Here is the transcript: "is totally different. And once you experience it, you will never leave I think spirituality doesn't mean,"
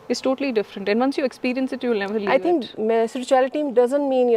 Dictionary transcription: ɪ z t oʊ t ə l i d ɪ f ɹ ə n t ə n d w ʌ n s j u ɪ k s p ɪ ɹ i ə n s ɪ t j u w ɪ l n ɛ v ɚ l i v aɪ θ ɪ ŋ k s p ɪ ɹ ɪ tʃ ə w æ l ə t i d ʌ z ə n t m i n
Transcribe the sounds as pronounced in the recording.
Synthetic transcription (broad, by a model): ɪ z t oʊ t ə l i d ɪ f ɹ ə n t ə n d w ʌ n s j u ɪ k s p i ɹ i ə n s ɪ t j u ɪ l n ɛ v ɚ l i aɪ t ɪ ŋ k s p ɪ ɹ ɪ tʃ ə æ l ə t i d ʌ z ə n t m i n